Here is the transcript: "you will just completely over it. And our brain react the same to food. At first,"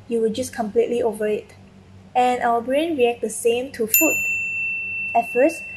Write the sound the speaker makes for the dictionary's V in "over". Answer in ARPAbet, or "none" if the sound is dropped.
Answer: V